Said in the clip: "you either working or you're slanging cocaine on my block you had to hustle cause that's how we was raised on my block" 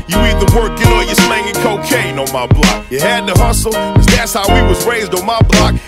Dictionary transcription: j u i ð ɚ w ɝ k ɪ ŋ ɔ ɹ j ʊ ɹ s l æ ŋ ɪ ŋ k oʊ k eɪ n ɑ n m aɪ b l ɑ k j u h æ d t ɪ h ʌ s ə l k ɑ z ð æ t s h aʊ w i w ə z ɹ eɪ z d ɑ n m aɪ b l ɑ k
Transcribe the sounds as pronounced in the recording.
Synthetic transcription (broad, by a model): j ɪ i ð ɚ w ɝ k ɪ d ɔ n j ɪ s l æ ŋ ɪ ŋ k oʊ k eɪ n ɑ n m aɪ b l ɑ k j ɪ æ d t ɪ h ʌ s l k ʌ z ð æ t s h aʊ w i w ə z ɹ eɪ z d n m aɪ b l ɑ k